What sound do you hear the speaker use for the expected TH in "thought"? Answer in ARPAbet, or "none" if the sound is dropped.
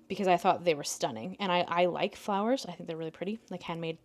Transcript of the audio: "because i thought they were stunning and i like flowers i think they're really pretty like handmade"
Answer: TH